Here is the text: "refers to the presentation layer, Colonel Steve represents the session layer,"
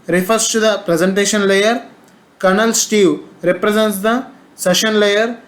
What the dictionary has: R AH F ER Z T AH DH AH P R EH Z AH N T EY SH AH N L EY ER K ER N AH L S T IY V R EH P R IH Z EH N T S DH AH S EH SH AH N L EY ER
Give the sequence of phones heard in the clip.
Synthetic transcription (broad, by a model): R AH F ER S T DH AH P R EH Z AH N T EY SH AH N L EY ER K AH N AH L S T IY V R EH P R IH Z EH N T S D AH S EH SH AH N L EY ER